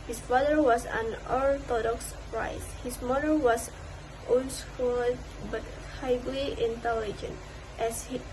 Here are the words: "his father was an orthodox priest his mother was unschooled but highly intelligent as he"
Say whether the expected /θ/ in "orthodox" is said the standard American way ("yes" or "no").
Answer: no